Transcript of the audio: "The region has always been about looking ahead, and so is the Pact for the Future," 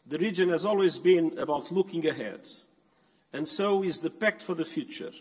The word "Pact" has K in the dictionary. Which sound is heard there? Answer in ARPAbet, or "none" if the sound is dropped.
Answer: K